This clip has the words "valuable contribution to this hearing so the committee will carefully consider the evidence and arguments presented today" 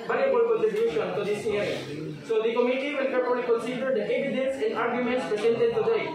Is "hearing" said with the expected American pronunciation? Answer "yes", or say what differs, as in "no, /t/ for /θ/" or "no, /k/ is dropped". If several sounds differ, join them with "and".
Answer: no, /ɹ/ is dropped